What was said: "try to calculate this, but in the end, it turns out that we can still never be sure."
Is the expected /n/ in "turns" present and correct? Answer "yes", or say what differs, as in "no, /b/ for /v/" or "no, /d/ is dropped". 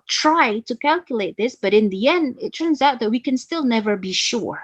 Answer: yes